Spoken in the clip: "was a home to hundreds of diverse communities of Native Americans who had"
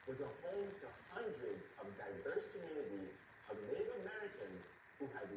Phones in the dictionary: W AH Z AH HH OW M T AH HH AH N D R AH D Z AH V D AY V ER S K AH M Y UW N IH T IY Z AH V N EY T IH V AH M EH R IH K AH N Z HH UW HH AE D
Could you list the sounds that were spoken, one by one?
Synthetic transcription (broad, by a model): W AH Z AH HH OW M T AH HH AH N D R AH D Z AH V D AY V ER S K AH M Y UW N IH T IY Z AH V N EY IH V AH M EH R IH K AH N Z HH UW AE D